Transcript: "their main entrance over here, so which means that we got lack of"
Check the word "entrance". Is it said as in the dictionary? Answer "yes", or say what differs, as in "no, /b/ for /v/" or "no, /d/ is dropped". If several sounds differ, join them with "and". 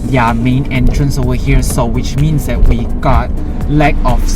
yes